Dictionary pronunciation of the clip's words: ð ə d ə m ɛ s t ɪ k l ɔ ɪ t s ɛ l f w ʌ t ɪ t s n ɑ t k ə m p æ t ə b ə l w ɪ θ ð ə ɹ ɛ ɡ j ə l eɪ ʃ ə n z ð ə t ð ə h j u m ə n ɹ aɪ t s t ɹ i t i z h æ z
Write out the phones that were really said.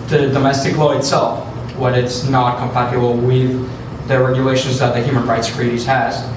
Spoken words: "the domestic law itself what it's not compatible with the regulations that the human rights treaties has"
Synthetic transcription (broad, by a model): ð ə d ə m ɛ s t ɪ k l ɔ ɪ t s ɛ l f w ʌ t ɪ t s n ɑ t k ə m p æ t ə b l w ɪ ð ə ɹ ɛ ɡ j ə l eɪ ʃ ə n z ð ə t ð ə h j u m ə n ɹ aɪ t s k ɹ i t i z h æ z